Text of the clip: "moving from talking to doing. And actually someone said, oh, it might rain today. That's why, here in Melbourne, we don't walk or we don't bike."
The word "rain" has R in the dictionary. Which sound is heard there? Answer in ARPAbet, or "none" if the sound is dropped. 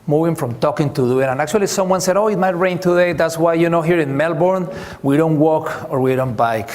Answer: R